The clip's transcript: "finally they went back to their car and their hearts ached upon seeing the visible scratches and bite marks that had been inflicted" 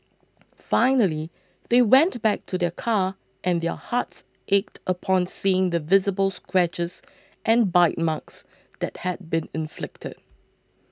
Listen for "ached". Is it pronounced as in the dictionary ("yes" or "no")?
yes